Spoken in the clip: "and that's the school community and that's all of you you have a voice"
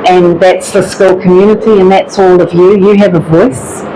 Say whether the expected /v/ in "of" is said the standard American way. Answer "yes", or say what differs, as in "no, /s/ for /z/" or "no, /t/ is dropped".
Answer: yes